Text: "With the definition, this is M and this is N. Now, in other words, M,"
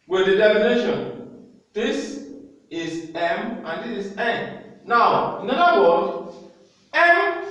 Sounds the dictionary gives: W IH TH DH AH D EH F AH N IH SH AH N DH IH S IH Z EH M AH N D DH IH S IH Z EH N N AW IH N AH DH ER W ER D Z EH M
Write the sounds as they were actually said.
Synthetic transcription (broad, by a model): W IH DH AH D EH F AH N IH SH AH N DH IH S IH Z EH M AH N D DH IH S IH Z EH N N AW IH N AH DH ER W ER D EH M